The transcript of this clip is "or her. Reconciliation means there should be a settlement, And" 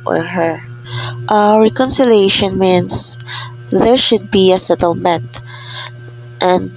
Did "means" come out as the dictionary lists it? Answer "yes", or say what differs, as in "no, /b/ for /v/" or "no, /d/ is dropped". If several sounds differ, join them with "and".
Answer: no, /s/ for /z/